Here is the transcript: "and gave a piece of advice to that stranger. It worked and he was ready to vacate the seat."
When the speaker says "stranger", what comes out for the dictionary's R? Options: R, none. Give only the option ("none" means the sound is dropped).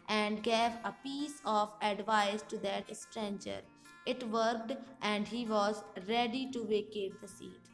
R